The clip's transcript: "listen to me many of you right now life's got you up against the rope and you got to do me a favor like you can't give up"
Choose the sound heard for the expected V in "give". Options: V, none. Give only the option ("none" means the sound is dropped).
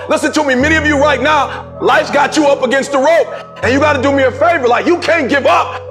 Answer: V